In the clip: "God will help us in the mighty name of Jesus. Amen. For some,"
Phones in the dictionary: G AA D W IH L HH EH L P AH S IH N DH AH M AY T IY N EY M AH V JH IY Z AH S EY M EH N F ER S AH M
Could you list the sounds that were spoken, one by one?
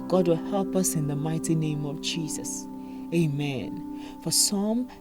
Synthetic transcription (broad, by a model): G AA D W IH L HH EH L P AH S IH N DH AH M AY T IY N EY M AH V JH IY Z AH S EY M EH N F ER S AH M